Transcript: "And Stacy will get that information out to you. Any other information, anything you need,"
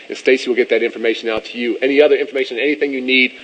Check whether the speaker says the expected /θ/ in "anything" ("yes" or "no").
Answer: yes